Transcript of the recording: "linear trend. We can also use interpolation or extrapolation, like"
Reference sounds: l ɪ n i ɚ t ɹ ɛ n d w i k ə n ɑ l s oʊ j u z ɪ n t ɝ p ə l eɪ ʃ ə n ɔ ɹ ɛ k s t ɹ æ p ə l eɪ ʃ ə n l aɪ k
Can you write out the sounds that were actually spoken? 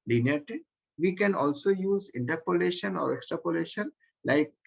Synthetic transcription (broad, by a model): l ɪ n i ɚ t i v i k ə n ɑ l s oʊ j u z ɪ n t ɝ p ə l eɪ ʃ ə n ɔ ɹ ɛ k s t ɹ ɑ p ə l eɪ ʃ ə n l aɪ k